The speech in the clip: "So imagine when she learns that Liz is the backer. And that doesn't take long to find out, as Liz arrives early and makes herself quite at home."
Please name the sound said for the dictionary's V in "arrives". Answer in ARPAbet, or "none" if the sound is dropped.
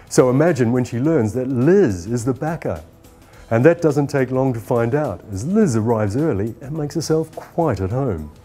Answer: V